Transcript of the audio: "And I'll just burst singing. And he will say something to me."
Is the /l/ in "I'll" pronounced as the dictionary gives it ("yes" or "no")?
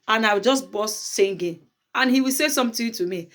no